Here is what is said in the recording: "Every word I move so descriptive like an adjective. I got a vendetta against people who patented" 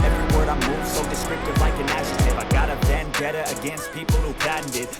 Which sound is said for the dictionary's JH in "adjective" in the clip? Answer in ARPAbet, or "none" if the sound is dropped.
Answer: SH